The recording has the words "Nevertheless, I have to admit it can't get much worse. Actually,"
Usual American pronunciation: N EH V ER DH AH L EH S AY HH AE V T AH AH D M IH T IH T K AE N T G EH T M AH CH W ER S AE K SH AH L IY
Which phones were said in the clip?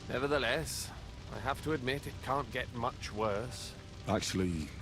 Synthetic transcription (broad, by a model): N EH V ER DH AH L EH S AY HH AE F T AH AH D M IH T IH T K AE N G EH T M AH CH W ER S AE K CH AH L IY